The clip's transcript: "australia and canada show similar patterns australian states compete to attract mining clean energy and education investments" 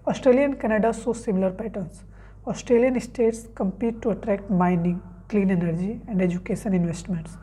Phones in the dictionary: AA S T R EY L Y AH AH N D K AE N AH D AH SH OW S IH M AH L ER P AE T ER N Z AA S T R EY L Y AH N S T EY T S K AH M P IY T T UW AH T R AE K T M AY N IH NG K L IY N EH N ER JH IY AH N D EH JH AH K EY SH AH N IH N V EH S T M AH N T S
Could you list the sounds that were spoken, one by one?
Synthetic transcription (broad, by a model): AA S T R EY L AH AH N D K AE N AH D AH S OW S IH M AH L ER P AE T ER N S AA S T R EY L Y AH N S T EY T S K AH M P IY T T UW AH T R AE K T M AY N IH NG K L IY N EH N ER JH IY AH N D EH JH AH K EY SH AH N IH N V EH S T M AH N T S